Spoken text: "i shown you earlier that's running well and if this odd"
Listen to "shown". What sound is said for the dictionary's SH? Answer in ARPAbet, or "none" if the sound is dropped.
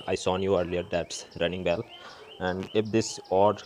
S